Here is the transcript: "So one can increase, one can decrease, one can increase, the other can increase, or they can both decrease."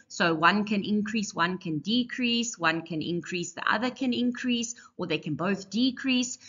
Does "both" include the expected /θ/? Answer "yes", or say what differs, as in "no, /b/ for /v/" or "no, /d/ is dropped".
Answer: yes